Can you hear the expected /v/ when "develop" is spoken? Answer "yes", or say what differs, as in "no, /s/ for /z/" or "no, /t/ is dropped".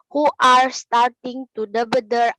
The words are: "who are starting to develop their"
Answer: no, /b/ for /v/